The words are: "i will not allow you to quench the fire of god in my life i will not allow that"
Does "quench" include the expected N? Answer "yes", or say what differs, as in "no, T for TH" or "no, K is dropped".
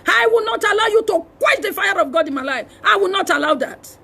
no, N is dropped